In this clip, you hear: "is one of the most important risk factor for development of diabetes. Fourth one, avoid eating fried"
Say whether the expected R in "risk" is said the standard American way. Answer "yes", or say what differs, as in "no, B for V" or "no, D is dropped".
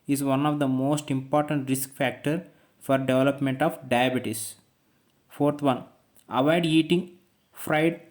yes